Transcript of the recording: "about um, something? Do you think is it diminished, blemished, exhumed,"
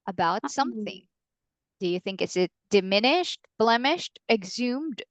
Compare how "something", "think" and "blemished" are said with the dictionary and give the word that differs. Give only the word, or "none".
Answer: none